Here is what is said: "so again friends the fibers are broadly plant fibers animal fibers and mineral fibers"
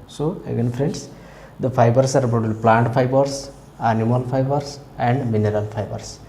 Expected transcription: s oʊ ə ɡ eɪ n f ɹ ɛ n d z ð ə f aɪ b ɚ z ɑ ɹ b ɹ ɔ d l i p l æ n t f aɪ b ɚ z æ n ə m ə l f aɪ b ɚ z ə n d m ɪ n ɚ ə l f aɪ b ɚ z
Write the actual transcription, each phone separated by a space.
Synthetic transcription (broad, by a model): s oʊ ə ɡ eɪ n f ɹ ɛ n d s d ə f aɪ b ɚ s ɑ ɹ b ɔ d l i p l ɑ n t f aɪ b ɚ s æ n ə m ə l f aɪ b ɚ s ə n d m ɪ n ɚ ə l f aɪ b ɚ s